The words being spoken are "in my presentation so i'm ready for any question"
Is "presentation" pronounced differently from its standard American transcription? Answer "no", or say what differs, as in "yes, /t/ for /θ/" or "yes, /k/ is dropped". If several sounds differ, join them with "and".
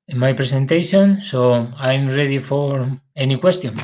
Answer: yes, /s/ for /z/